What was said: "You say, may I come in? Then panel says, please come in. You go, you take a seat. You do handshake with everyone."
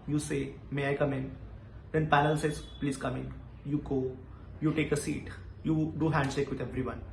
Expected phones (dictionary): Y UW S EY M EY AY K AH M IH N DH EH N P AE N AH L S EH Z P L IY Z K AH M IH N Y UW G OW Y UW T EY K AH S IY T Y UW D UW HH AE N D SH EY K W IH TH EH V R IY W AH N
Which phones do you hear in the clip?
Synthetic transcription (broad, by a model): Y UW S EY M EY AY K AH M IH N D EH N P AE L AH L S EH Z P L IY Z K AH M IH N Y UW G OW Y UW T EY K AH S IY T Y UW D UW HH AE N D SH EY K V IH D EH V R IY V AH N